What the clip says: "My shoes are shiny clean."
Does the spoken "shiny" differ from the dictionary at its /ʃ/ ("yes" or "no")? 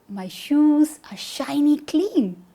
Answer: no